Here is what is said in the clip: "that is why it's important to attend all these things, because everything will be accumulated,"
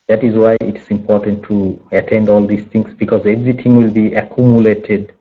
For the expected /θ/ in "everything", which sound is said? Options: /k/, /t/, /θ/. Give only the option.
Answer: /t/